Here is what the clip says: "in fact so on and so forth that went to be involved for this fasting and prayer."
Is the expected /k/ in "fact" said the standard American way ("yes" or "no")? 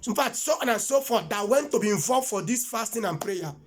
no